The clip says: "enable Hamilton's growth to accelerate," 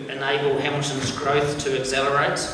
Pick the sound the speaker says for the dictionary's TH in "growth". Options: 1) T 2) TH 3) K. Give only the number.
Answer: 2